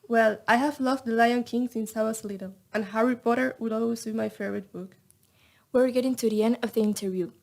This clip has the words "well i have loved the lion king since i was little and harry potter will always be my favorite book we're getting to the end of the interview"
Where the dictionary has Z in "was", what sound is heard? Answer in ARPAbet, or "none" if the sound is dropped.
S